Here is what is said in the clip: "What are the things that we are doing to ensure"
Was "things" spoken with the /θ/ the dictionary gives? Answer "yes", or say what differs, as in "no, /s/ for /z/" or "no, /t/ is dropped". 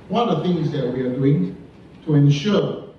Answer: yes